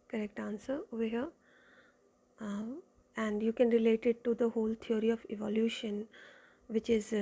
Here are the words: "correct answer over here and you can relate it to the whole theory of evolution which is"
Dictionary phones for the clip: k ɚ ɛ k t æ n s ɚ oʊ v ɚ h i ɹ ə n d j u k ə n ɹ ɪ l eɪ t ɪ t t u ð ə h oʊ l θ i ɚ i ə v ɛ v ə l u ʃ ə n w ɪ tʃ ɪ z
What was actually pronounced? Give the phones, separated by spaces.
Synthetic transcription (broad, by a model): k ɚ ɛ k t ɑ n s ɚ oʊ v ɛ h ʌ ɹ ə n d j u k ə n ɹ ɪ l eɪ t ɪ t t u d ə h oʊ l t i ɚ i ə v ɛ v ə l u ʃ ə n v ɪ tʃ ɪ z